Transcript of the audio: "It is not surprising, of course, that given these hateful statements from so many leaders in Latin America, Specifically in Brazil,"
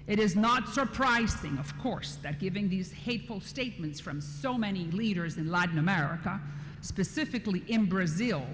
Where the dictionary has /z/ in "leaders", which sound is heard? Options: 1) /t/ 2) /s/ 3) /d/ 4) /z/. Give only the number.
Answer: 4